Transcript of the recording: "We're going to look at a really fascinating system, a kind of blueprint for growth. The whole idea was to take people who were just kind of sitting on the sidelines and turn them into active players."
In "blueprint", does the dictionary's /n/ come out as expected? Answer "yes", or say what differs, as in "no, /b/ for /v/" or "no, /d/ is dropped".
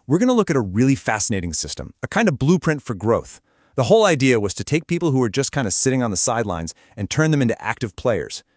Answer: yes